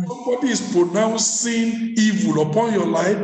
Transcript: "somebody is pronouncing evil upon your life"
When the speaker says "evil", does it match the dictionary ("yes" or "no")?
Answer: yes